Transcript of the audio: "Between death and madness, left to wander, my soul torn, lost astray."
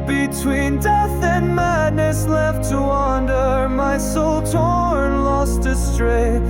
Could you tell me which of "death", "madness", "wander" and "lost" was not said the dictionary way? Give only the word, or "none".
none